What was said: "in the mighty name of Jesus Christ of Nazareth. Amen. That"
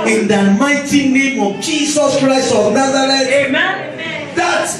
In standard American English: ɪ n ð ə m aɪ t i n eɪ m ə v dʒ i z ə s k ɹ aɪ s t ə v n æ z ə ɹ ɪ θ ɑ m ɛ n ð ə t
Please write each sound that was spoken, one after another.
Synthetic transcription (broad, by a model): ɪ n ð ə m aɪ t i n eɪ m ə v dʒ i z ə s k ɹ aɪ s ə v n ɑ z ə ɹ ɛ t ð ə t